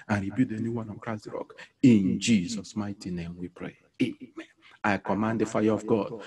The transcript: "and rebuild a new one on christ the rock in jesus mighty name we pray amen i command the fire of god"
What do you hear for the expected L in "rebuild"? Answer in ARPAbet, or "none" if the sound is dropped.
none